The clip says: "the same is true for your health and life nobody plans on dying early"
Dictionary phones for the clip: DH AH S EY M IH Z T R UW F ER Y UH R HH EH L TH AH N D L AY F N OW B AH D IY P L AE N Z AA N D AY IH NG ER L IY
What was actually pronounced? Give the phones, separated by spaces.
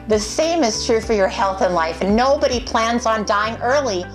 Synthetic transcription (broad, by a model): DH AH S EY M IH Z T R UW F ER Y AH R HH EH L TH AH N L AY F N OW B AH D IY P L AE N Z N D AY IH NG ER L IY